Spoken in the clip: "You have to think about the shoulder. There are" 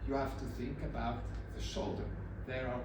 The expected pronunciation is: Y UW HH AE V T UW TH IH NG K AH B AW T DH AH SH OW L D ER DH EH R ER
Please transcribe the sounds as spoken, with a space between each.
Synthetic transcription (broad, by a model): Y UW HH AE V T UW TH IH NG K AH B AW T DH AH SH OW L D ER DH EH R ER